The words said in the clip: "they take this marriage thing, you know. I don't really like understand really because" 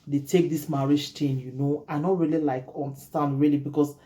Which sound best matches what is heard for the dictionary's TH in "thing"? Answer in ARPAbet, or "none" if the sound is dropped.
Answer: T